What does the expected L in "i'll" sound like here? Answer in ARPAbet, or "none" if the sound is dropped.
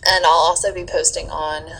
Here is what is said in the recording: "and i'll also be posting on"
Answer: L